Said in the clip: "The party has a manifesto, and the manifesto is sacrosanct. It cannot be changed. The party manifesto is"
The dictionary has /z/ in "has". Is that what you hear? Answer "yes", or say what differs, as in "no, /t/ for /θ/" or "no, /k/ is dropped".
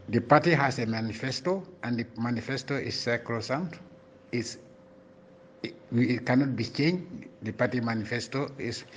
no, /s/ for /z/